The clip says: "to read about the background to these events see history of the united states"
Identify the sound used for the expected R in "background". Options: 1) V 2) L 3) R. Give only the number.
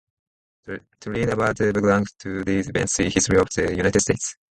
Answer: 2